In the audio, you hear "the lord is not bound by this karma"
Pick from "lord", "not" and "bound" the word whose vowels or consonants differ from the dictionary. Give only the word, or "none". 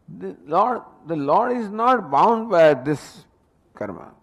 none